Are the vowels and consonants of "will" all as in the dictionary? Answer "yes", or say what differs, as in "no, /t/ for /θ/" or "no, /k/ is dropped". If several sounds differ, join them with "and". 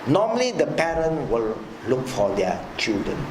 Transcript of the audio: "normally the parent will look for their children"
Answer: yes